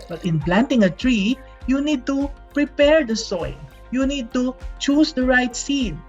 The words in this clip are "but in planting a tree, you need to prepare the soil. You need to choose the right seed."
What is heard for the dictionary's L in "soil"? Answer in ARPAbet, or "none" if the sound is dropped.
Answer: N